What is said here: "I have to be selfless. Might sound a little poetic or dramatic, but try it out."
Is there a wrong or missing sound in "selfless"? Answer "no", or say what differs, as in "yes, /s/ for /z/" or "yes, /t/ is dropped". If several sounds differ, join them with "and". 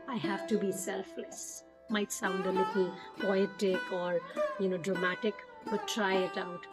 no